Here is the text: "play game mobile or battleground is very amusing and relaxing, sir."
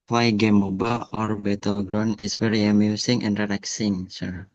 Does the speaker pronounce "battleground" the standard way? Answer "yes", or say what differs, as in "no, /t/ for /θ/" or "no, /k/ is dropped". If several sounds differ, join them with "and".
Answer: no, /d/ is dropped